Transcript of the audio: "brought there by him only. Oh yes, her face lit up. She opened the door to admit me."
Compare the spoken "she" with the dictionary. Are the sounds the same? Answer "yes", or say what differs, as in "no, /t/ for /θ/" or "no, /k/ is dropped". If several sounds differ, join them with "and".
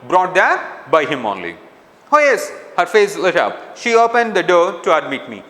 yes